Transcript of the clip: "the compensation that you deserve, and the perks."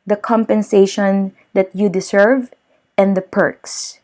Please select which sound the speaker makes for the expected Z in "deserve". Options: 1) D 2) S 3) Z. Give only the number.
2